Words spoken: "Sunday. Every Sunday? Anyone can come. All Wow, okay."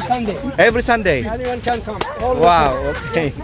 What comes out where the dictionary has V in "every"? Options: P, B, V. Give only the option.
B